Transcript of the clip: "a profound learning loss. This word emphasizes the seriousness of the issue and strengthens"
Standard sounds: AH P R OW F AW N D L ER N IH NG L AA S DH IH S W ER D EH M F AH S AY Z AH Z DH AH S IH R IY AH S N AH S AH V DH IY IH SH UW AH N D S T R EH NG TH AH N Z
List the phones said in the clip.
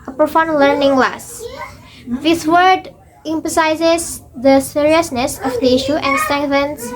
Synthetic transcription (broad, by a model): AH P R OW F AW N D L ER N IH NG L AA S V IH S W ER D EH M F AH S AY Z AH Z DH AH S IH R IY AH S N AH S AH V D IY IH SH UW AH N D S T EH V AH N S